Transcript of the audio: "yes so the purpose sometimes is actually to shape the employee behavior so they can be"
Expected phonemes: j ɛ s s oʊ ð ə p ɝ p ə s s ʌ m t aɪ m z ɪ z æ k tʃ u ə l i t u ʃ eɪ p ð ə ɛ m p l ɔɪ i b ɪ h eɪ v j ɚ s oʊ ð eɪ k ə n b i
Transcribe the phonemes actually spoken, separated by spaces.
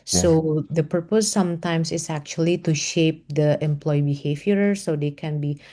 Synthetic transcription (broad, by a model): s s oʊ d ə p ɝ p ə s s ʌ m t aɪ m s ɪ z æ k tʃ u ə l i t u ʃ eɪ p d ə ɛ m p l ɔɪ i b ɪ h eɪ v j ɚ s oʊ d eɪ k ə n b i